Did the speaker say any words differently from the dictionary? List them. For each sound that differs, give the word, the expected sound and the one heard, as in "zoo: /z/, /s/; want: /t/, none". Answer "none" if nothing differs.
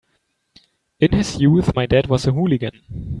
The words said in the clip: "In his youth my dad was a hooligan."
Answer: none